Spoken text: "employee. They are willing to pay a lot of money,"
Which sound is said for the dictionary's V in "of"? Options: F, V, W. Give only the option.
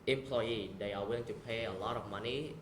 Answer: F